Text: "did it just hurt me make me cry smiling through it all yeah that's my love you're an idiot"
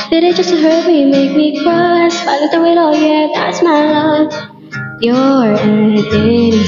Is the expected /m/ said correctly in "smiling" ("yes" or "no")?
no